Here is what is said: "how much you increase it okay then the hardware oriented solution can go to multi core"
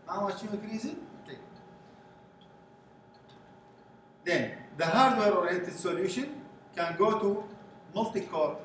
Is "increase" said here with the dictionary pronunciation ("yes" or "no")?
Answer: no